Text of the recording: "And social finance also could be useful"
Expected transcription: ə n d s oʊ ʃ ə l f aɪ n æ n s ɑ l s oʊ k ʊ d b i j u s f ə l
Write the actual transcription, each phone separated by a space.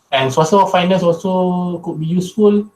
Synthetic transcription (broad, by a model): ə n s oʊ s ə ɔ f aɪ n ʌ s ɑ l s oʊ k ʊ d b i j u s f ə l